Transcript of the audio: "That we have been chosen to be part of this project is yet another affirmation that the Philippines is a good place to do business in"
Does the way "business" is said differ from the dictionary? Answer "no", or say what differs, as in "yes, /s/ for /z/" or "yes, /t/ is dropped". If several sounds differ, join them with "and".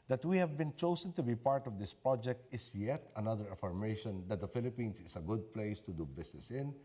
yes, /s/ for /z/